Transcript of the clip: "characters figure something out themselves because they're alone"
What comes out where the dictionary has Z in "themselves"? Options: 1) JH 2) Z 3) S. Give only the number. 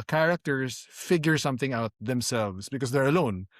3